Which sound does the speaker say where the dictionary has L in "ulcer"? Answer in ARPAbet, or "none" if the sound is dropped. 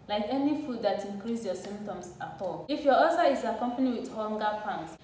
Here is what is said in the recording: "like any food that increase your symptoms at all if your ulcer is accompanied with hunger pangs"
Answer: none